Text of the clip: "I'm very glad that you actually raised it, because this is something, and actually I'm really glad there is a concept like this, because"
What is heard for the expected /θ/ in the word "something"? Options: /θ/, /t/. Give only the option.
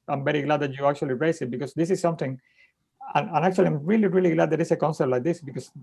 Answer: /t/